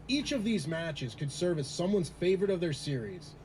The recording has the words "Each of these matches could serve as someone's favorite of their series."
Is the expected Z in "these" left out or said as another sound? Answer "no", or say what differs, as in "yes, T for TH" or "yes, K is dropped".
no